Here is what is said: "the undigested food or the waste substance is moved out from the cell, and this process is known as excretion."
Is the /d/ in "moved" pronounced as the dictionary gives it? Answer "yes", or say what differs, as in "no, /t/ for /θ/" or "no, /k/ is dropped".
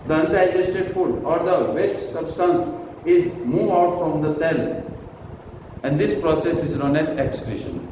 no, /d/ is dropped